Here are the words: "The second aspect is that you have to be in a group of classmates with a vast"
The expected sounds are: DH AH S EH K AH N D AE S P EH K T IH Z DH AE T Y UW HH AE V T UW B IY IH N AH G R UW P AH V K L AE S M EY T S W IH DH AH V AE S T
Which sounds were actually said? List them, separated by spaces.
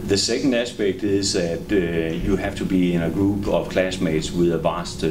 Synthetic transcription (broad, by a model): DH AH S EH K AH N D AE S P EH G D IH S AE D Y UW HH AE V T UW B IY IH N AH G R UW B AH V K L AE S M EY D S W IH DH AH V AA S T